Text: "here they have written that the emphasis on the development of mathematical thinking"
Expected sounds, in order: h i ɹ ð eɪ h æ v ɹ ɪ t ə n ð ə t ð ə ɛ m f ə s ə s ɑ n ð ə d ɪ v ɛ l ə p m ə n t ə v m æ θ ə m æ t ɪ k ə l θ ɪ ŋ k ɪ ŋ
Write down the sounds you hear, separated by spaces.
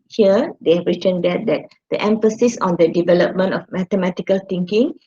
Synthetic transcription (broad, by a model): h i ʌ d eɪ h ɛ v ɹ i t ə n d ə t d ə ɛ m f ə s ə s ɑ n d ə d ɪ v ɛ l ə p m ə n t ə f m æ t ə m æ t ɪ k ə l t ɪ ŋ k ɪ ŋ